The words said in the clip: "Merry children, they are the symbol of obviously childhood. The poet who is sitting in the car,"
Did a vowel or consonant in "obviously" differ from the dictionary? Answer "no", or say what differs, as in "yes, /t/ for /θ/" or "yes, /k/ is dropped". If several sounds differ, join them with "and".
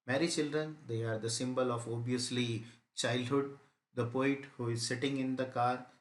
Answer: yes, /v/ is dropped